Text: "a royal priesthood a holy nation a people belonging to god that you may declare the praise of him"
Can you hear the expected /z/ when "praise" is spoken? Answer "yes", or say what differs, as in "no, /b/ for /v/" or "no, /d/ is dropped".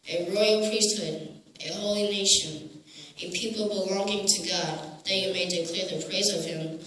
yes